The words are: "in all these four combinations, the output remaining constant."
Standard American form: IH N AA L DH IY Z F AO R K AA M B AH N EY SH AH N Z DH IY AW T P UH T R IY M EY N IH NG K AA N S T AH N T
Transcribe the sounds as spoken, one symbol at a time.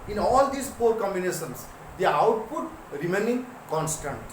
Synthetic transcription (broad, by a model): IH N AA L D IY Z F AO R K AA M B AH N EY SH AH N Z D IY AW T P UH T R IY M EY N IH NG K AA N S T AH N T